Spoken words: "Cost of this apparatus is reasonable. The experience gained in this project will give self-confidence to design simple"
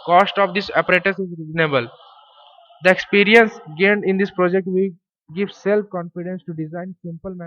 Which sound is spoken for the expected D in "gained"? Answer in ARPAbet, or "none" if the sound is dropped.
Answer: D